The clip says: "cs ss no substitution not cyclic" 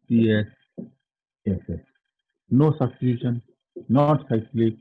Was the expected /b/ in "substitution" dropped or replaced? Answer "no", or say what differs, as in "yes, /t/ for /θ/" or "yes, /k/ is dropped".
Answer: yes, /b/ is dropped